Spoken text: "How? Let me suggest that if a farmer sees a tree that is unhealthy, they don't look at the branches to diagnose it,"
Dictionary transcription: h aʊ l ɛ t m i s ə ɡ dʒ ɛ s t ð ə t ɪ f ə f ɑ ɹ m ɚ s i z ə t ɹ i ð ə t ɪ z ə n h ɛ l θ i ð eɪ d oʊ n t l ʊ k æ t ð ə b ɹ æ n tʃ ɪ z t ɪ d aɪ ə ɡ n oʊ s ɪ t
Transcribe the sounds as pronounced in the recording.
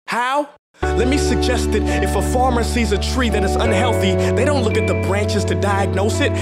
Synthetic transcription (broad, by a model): h aʊ l ɛ t m i s ə ɡ dʒ ɛ s t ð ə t ɪ f ə f ɑ ɹ m ɚ s i z ə t ɹ i ð ə t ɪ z ə n h ɛ l θ i ð eɪ d oʊ n t l ʊ k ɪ t ð ə b ɹ æ n tʃ ɪ z t ɪ d aɪ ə ɡ n oʊ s ɪ t